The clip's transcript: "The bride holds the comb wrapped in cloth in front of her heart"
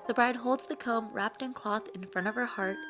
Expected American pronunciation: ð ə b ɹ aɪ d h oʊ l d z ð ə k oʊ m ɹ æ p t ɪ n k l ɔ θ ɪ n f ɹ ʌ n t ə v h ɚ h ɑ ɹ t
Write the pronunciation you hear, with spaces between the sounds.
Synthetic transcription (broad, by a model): ð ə b ɹ aɪ d h oʊ l d z ð ə k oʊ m ɹ æ p t ɪ n k l ɔ θ ɪ n f ɹ ʌ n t ə v ɚ h ɑ ɹ t